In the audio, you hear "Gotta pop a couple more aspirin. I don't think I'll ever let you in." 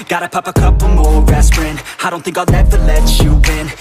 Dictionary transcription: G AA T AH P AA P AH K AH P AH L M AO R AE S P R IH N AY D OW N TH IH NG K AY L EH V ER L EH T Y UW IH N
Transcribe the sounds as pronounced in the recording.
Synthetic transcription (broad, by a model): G AA T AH P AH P AH K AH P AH M AO R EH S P R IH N AY D OW N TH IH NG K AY N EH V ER L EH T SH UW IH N